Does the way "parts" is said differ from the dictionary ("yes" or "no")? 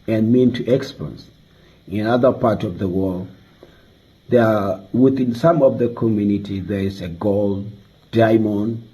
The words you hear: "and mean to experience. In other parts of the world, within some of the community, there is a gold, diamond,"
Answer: yes